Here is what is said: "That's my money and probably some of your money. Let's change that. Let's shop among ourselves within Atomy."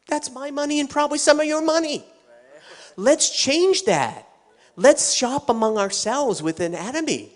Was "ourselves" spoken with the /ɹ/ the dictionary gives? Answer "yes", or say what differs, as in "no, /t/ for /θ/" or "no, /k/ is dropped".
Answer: yes